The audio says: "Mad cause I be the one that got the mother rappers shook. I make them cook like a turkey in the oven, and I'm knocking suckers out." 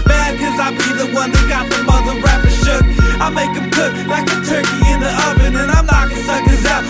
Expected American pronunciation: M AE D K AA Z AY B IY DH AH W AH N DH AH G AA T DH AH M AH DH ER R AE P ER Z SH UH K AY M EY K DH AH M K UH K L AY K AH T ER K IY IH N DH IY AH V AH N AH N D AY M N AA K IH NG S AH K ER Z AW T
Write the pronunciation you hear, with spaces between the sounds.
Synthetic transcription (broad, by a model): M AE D K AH Z AY B IY DH AH W AH N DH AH G AA T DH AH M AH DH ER R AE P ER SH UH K AY M EY K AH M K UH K L AY K AH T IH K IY IH N DH IY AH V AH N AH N AY M L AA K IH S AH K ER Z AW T